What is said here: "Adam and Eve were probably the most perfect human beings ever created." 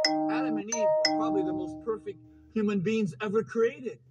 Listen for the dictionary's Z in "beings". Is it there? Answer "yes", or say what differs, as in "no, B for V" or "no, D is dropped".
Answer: yes